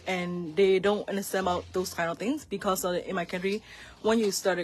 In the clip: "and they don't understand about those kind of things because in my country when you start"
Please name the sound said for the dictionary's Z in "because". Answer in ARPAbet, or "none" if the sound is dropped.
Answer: S